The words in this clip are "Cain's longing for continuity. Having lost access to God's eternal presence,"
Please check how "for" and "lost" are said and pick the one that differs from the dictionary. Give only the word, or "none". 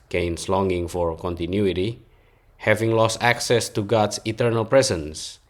none